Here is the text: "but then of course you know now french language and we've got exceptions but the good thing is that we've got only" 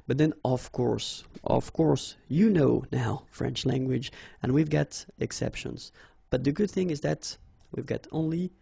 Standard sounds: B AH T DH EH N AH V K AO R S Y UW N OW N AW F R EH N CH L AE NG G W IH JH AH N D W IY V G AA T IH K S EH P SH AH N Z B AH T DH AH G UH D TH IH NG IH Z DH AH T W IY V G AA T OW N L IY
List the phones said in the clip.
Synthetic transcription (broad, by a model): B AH T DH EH N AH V K AO R S Y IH N OW N AW F R EH N CH L AE NG G W IH JH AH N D W IY V G AA T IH K S EH P SH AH N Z B AH T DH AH G UH D TH IH NG IH Z DH AH T W IY V G AA T OW N L IY